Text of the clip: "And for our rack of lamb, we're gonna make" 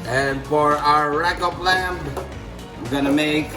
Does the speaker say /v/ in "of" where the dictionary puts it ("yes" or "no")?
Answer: no